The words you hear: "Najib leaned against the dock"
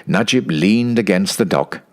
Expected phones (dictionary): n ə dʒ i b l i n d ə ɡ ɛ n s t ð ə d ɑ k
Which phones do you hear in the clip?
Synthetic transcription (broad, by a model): n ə dʒ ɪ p l i n d ə ɡ ɛ n s t ð ə d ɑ k